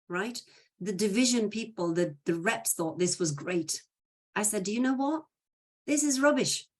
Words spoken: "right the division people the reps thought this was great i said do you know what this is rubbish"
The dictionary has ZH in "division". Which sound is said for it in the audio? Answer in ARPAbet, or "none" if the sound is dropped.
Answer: ZH